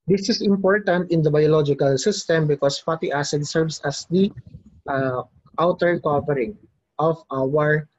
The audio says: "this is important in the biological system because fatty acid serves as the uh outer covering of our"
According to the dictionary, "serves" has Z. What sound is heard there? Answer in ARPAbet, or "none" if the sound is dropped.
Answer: S